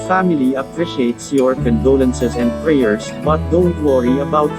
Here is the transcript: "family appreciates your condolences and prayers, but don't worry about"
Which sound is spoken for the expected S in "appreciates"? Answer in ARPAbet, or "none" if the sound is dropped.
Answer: S